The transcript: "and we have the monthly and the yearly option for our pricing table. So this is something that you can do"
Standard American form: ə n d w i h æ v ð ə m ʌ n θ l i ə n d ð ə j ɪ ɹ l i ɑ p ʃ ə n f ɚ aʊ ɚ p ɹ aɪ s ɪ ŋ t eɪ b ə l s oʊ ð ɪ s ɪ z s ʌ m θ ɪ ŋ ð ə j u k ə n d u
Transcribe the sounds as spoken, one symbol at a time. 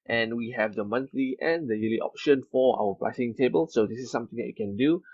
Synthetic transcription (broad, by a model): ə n w i h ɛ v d ə m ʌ n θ l i ə n d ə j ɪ l i ɑ p ʃ ə n f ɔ aʊ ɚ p l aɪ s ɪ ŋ t eɪ b ə l s oʊ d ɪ s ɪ s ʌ m t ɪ ŋ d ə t k ə n d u